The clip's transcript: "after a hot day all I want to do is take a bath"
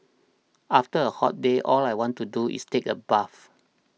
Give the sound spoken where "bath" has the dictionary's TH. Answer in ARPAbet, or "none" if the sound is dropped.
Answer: F